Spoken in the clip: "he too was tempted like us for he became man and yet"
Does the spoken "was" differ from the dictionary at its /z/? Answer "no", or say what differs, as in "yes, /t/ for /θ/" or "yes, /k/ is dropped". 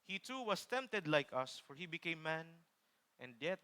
yes, /s/ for /z/